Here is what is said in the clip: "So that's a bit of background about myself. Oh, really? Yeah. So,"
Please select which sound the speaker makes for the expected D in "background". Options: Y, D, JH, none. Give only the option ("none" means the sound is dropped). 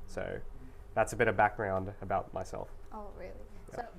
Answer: D